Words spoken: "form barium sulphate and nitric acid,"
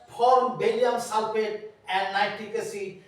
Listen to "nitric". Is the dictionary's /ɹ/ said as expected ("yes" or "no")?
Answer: no